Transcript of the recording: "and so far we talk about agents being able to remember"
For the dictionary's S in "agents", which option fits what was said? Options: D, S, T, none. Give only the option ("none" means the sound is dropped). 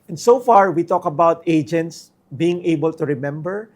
S